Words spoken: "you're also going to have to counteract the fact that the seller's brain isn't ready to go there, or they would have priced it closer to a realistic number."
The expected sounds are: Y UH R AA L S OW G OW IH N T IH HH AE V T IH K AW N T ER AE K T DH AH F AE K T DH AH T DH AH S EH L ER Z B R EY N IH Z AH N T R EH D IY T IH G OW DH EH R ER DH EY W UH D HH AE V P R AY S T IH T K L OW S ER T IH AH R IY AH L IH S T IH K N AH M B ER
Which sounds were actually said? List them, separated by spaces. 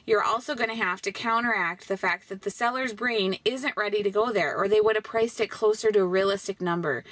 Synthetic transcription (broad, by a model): Y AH R AA L S OW G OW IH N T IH HH AE F T IH K AW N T ER AE K T DH AH F AE K T DH AH T DH AH S EH L ER Z B R EY N IH Z AH N T R EH D IY T IH G OW DH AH R ER DH EY W UH D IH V P R AY S T IH T K L OW S ER T IH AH R IY AH L IH S T IH K N AH M B ER